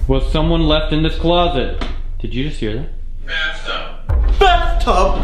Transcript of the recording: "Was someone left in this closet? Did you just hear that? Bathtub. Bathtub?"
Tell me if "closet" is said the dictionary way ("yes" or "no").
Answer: yes